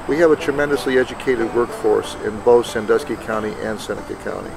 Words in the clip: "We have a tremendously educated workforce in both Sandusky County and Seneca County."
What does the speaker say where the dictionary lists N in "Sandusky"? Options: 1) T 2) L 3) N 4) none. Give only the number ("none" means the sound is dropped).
3